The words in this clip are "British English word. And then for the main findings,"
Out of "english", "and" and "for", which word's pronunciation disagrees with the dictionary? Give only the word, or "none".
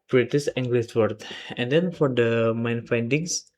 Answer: english